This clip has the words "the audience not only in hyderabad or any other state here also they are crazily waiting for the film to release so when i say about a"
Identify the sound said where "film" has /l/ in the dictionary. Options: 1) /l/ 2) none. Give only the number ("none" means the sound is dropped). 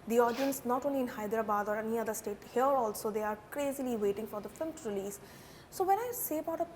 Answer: 2